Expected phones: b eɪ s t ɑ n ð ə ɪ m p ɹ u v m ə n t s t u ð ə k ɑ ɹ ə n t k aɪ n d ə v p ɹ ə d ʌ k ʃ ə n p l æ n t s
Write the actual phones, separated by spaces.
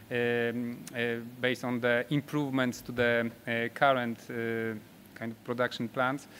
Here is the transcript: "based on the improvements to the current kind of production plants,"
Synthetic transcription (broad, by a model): b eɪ s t ɑ n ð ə ɪ m p ɹ u v m ə n t s t u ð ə k ɑ ɹ ə n t k aɪ n d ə f p ɹ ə d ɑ k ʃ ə n p l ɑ n t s